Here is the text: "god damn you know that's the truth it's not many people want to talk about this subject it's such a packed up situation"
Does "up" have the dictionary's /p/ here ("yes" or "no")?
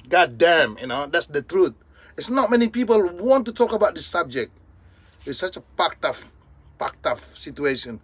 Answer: no